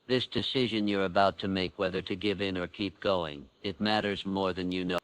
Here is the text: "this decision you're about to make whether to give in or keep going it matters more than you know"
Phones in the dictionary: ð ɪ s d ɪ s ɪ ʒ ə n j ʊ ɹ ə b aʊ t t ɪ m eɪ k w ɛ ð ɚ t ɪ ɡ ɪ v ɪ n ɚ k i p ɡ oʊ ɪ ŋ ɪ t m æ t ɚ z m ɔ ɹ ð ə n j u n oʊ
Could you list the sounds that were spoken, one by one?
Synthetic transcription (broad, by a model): ð ɪ s d ɪ s ɪ ʒ ə n j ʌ ɹ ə b aʊ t t ɪ m eɪ k w ɛ ð ɚ t ɪ ɡ ɪ v ɪ n ɚ k i p ɡ oʊ ɪ ŋ ɪ t m æ t ɚ z m ɔ ɹ ð ə n j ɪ n oʊ